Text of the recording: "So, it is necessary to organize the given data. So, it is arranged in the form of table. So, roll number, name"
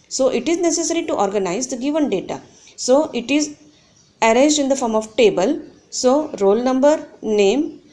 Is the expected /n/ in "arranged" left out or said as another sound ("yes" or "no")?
yes